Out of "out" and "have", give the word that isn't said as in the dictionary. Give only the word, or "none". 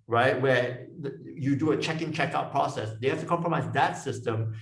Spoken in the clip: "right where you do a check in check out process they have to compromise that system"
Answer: have